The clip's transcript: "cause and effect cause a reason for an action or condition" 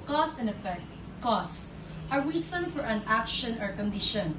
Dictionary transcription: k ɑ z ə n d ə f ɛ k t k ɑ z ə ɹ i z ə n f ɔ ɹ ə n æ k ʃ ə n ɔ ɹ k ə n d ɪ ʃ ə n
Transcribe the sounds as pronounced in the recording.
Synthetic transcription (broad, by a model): k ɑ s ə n ə f ɛ k t k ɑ s ə ɹ i s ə n f ɔ ɹ ə n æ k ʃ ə n ɔ ɹ k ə n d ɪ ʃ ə n